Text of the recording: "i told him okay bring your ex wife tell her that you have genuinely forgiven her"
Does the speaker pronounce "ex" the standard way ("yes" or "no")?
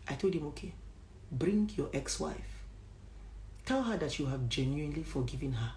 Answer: yes